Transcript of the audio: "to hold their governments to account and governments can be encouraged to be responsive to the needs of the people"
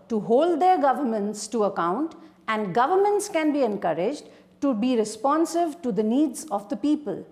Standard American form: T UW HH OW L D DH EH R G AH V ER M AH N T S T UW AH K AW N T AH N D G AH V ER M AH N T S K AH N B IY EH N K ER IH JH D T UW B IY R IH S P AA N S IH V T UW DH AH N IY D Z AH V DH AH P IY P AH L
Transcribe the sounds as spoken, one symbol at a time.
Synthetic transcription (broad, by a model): T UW HH OW L D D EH R G AH V ER M AH N T S T UW AH K AW N T AH N D G AH V ER M AH N T S K AH N B IY EH N K ER IH JH D T UW B IY R IH S P AA N S IH V T UW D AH N IY D Z AH V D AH P IY P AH L